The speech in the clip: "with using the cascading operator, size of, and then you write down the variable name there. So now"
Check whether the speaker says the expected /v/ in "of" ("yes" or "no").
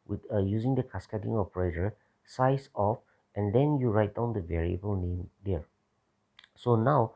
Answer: no